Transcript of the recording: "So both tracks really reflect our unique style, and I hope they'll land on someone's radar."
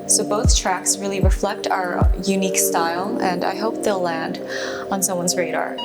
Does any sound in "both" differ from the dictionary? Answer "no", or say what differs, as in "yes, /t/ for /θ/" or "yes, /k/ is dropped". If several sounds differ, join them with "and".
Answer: no